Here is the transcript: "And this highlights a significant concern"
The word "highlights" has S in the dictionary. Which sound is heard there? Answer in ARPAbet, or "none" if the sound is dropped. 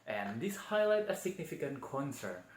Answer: none